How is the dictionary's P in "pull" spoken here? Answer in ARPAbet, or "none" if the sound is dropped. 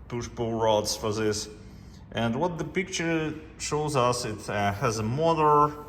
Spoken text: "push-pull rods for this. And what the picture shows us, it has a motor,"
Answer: B